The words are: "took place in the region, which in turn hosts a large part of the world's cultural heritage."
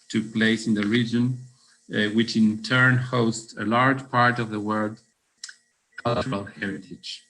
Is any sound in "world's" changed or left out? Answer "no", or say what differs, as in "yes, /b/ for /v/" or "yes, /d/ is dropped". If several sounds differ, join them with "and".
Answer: yes, /z/ is dropped